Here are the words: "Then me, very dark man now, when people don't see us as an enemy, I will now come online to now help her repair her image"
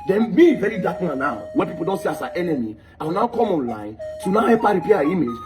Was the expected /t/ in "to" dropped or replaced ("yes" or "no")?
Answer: yes